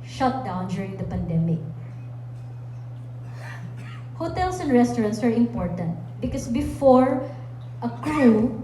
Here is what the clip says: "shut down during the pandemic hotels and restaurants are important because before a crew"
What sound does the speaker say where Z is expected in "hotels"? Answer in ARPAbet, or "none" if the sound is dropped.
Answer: S